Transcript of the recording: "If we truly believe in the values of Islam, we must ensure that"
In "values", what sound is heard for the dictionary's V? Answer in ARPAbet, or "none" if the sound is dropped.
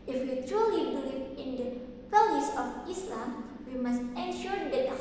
P